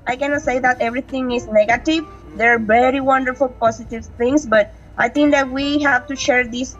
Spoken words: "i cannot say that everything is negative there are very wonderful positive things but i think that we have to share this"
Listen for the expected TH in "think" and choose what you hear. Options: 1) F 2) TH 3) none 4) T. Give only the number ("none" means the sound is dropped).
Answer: 4